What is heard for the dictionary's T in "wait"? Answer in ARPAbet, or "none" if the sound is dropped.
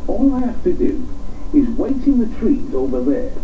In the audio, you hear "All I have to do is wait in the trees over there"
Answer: T